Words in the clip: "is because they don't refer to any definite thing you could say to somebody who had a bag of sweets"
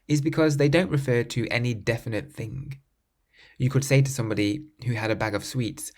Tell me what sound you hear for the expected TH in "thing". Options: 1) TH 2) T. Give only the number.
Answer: 1